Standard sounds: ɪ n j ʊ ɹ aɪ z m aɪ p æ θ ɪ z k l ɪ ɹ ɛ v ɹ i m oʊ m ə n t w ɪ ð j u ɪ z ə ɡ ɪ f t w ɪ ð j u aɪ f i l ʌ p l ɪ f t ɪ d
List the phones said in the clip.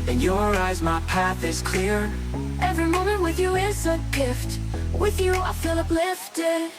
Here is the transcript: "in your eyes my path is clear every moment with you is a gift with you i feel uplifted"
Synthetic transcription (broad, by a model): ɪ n j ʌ ɹ aɪ z m aɪ p æ θ ɪ z k l ɪ ɹ ɛ v ɹ i m oʊ m ə n t w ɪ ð j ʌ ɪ s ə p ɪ f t w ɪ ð j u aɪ f i l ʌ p l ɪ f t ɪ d